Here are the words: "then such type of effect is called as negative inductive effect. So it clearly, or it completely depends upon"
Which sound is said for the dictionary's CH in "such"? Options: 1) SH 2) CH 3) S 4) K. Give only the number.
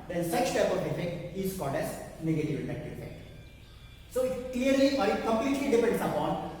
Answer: 3